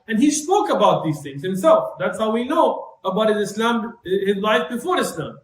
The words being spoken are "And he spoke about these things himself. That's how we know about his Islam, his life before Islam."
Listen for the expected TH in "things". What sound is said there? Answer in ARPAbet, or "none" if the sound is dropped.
TH